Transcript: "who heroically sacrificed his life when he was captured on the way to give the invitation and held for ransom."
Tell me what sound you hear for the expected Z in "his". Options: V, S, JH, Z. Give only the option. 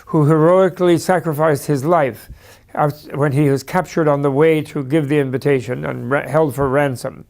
Z